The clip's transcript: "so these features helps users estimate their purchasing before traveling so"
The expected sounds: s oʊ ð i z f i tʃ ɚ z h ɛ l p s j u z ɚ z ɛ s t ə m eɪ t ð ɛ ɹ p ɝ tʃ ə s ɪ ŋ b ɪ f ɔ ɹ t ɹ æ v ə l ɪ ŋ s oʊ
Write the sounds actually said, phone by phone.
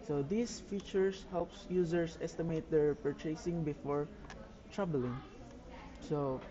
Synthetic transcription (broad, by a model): s oʊ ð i s f i tʃ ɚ s h ɛ l p s j u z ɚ s ɛ s t ə m eɪ t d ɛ ɹ p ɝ tʃ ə s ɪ ŋ b ɪ f ɔ ɹ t ɹ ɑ b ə l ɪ ŋ s oʊ